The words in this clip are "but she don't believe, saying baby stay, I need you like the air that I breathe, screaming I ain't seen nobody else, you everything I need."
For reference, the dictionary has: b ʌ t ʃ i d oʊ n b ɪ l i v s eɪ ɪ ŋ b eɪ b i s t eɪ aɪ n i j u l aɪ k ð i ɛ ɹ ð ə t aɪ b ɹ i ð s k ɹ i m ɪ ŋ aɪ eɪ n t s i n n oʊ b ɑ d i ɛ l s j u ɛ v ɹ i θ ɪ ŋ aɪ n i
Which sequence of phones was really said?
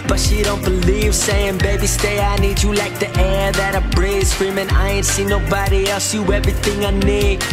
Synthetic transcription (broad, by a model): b ʌ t ʃ i d oʊ n b ɪ l i v s eɪ ɪ ŋ b eɪ b i s t eɪ aɪ n i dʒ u l aɪ k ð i ɛ ɹ ð ə t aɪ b ɹ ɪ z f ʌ ɹ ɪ m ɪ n aɪ eɪ n t s i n n oʊ b ɑ d i ɛ l s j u ɛ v ɹ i θ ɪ ŋ aɪ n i